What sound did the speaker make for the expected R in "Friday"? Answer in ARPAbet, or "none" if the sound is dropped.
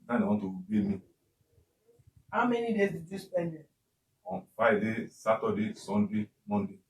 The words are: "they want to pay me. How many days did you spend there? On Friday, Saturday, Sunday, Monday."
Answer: none